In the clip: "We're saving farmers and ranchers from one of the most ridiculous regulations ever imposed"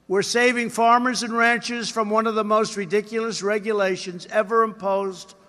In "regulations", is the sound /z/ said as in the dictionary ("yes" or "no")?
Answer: yes